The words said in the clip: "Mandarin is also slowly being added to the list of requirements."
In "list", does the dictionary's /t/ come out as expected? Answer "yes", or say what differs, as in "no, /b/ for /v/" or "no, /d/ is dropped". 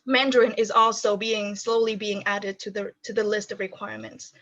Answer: yes